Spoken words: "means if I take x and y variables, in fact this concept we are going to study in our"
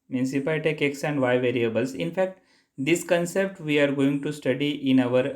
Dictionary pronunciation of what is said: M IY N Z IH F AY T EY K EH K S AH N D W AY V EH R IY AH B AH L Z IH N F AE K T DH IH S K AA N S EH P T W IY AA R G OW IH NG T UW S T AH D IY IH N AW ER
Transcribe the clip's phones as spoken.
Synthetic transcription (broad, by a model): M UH N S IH P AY T EY K EH K S AH N D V AY V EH R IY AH B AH L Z IH N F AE K T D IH S K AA N S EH P T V IY AA R G OW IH NG T UW S T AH D IY IH N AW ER